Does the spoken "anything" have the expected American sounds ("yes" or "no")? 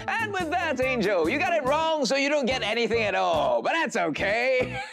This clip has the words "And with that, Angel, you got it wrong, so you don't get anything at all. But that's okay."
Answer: yes